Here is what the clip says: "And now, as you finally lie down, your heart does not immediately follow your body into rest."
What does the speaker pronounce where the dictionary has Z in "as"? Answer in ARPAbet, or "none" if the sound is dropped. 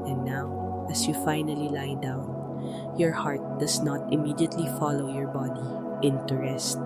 S